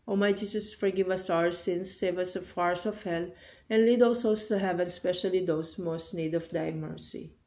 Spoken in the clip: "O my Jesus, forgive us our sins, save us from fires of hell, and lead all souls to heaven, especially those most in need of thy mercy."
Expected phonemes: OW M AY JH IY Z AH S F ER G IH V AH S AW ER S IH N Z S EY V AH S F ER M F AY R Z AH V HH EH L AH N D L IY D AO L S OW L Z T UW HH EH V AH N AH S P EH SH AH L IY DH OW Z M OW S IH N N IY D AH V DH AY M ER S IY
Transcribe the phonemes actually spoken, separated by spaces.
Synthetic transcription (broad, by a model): OW M AY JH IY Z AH S F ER G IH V AH S AW ER S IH N S EY V AH S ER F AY R S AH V HH EH L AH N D L IY D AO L S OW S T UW HH EH V AH N S P EH SH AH L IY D OW S M OW S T N IY D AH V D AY M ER S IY